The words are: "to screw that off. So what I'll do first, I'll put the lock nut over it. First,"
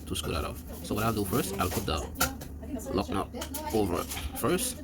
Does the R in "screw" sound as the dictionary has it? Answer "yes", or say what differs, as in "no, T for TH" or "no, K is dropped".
no, R is dropped